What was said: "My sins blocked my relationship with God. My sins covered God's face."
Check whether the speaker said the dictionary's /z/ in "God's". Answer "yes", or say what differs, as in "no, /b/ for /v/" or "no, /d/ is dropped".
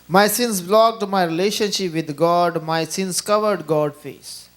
no, /z/ is dropped